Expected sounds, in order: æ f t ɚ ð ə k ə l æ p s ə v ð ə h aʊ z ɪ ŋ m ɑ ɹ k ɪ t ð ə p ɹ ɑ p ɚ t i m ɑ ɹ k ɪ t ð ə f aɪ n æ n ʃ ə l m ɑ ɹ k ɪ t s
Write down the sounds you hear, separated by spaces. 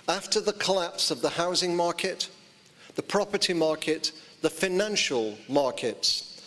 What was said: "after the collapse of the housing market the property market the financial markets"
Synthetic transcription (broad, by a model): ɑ f t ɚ ð ə k ə l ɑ p s ə v ð ə h aʊ z ɪ ŋ m ɑ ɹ k ɪ t ð ə p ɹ ɑ p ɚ t i m ɑ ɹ k ɪ t ð ə f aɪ n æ n ʃ ə l m ɑ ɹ k ɪ t s